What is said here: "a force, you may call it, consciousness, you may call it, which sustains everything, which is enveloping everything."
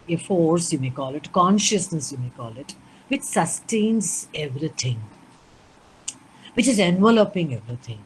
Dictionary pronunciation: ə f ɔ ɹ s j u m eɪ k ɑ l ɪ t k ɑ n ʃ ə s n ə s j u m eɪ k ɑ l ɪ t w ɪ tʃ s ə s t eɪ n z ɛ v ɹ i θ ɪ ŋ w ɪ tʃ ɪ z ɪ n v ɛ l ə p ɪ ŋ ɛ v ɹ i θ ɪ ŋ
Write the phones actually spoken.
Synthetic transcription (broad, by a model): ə f ɔ ɹ s j u m eɪ k ɑ l ɪ t k ɑ n ʃ ə s n ə s j u m eɪ k ɑ l ɪ t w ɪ tʃ s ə s t eɪ n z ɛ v ɹ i t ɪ ŋ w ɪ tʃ ɪ z ɪ n v ɛ l ə p ɪ ŋ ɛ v ɹ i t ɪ ŋ